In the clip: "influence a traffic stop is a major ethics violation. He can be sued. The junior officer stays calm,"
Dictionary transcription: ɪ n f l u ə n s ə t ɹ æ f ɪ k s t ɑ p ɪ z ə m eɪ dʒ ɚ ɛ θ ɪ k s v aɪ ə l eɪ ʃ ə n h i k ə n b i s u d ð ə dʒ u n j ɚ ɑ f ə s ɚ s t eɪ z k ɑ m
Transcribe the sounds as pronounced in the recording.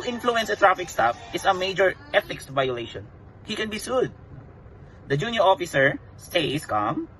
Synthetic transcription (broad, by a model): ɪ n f l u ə n s ə t ɹ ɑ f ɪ k s t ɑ f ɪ s ə m eɪ dʒ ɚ ɛ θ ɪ k s v aɪ ə l eɪ ʃ ə n h i k ə n b i s u d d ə dʒ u n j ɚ ɑ f ə s ɚ s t eɪ s k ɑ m